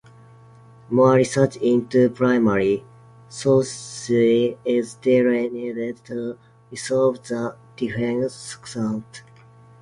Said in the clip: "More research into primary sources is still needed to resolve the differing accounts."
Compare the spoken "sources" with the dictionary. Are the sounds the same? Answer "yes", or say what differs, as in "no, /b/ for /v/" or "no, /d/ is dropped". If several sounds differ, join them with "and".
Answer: no, /z/ is dropped